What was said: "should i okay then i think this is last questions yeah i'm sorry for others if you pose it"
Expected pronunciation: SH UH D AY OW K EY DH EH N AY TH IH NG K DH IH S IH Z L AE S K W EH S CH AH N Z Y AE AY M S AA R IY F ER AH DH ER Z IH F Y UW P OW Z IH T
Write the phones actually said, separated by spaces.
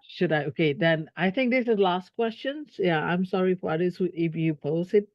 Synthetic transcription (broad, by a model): SH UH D AY OW K EY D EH N AY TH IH NG K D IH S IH L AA S K W EH S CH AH N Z Y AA AY M S AA R IY F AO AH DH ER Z IH F Y UW P OW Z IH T